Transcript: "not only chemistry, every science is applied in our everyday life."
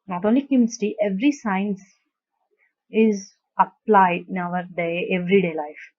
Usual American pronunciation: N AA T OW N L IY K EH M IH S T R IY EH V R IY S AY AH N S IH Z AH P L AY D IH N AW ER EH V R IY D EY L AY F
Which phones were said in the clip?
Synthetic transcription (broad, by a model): N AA T OW N L IY K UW M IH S T IY EH V R IY S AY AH N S IH Z AH P L AY D IH N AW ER EH V R IY D EY L AY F